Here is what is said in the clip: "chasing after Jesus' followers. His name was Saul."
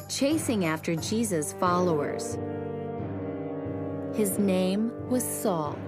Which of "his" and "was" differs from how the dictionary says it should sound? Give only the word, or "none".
none